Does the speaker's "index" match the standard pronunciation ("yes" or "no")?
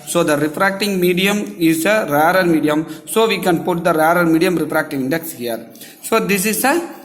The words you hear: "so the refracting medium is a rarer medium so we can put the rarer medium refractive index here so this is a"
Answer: yes